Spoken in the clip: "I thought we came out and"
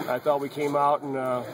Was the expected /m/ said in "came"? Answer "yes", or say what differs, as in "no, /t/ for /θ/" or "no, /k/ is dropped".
yes